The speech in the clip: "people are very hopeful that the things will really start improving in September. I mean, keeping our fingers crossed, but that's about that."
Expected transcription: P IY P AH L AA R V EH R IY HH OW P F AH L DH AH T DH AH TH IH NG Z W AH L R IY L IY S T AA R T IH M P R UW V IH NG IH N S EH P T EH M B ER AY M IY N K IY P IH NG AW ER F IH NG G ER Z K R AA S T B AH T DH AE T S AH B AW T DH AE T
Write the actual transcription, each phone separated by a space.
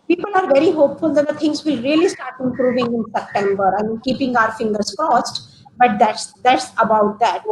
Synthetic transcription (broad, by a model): P IY P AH L AA R V EH R IY HH OW P F AH L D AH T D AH T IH NG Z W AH R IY L IY S T AA R T IH M P R UW V IH NG IH N S EH P T EH M B ER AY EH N K IY P IH NG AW ER F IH NG G ER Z K AA S T B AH T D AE T S AH B AW T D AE T